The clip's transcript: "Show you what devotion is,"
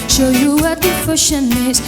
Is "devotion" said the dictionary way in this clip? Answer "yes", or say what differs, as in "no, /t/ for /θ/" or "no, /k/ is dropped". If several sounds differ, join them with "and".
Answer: no, /f/ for /v/